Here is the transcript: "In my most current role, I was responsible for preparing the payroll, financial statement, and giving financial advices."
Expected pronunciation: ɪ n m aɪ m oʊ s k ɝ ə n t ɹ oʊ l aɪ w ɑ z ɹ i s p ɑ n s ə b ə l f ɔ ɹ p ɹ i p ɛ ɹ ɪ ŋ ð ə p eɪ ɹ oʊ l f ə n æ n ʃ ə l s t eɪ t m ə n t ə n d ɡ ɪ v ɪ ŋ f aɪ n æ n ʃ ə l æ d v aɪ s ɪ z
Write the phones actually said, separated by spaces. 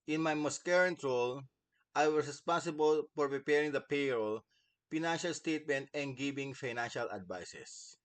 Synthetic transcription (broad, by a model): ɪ n m aɪ m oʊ s k ɝ ə n t ɹ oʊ l aɪ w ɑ s ɹ i s p ɑ n s ə b ə l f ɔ ɹ p ɹ i p ɛ ɹ ɪ ŋ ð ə p eɪ ɹ oʊ l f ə n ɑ n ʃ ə l s t eɪ t m ə n t ə n d ɡ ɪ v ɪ ŋ f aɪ n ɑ n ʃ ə l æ d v aɪ s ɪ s